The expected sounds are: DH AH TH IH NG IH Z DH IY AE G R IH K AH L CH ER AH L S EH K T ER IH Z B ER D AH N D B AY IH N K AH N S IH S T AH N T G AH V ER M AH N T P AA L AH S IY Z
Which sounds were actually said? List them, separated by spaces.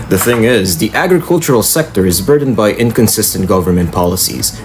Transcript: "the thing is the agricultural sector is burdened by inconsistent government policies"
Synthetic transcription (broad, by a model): DH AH TH IH NG IH Z DH IY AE G R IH K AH L CH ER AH L S EH K T ER IH Z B ER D N B AY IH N K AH N S IH S T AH N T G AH V ER M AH N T P AA L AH S IY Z